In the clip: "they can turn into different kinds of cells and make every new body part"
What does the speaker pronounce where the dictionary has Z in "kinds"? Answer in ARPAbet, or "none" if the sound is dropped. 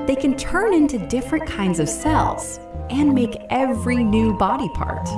Z